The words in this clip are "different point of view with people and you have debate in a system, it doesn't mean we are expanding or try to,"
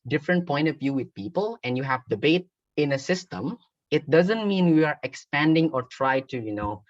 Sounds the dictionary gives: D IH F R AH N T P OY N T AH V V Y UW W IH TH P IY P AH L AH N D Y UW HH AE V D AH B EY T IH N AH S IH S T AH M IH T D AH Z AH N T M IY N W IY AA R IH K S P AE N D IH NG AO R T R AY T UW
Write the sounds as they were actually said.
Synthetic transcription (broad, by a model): D IH F R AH N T P OY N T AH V V Y UW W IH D P IY P AH L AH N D Y UW HH AE V D AH B EY T IH N AH S IH S T AH M IH T D AH Z AH N T M IY N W IY AA R IH K S P AE N D IH NG AO R T R AY T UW